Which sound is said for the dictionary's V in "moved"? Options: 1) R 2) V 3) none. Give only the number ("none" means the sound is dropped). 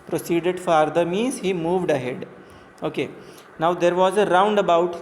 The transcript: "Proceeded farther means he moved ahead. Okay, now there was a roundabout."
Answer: 2